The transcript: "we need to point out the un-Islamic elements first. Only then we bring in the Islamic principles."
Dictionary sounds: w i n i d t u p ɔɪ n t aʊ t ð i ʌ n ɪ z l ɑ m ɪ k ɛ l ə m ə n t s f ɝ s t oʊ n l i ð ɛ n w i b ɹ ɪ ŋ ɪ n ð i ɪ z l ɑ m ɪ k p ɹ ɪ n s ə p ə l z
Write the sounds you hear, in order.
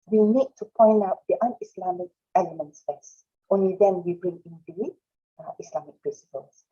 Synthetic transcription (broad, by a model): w i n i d t u p ɔɪ n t aʊ t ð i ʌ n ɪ s l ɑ m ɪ k ɛ l ə m ə n t s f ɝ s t oʊ n l i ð ɛ n w i b ɹ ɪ ŋ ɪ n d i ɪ s l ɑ m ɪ k p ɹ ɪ n s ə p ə l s